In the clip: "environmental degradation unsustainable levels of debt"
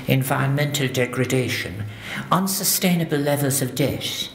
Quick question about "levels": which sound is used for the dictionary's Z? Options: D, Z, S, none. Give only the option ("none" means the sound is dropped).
Z